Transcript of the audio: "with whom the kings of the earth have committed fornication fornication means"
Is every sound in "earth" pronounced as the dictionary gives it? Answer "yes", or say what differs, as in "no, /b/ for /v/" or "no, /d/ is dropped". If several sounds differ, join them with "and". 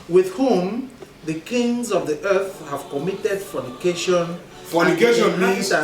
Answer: yes